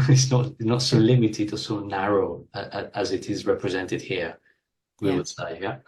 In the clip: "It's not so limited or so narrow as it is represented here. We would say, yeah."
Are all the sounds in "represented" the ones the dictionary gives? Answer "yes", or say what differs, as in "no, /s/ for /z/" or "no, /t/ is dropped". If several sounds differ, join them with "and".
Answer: yes